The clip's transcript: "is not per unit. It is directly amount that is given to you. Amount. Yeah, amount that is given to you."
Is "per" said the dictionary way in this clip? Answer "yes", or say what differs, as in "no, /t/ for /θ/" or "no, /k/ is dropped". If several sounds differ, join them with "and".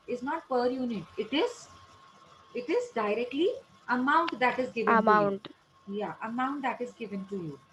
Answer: yes